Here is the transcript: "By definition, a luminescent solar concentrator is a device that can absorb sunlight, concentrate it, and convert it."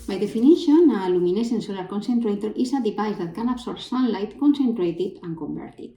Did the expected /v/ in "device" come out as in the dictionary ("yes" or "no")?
no